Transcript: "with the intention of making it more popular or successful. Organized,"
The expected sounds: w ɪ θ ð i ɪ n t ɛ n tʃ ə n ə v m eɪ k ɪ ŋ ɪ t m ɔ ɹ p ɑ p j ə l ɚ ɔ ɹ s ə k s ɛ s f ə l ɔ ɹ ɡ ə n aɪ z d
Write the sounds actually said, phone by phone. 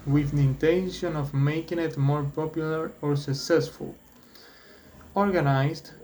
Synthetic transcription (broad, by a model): w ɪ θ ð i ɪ n t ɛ n ʃ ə n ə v m eɪ k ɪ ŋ ɪ t m ɔ ɹ p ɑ p j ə l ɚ ɔ ɹ s ə k s ɛ s f ə l ɔ ɹ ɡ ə n aɪ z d